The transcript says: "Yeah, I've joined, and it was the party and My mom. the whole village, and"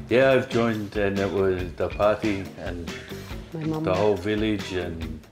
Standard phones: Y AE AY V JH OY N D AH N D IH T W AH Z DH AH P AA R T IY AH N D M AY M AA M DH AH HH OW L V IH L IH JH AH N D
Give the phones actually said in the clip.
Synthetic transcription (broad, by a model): Y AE AY V JH OY N D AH N IH T W AH Z DH AH P AA R T IY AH N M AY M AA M DH AH HH OW L V IH L IH JH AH N